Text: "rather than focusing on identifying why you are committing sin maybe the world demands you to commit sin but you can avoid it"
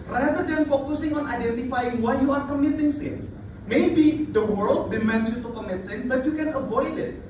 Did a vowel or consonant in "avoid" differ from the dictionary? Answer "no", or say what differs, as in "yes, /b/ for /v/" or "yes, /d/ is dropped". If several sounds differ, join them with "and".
no